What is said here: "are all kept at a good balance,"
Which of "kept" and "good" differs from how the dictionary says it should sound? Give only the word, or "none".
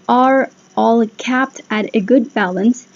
none